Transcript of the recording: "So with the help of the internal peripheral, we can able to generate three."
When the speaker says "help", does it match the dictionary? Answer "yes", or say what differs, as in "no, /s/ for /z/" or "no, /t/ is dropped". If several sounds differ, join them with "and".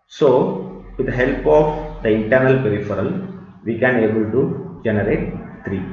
yes